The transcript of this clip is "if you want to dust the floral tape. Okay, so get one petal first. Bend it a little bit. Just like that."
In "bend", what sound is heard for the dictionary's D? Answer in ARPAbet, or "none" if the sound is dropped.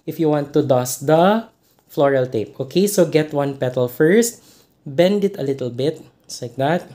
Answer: D